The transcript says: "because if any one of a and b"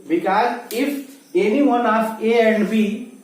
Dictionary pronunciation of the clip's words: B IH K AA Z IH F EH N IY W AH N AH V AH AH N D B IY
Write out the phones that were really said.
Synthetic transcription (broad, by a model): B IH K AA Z IH F EH N IY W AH N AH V AH AH N D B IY